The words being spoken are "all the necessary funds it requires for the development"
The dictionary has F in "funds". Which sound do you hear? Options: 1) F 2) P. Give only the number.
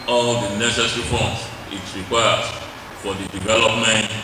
2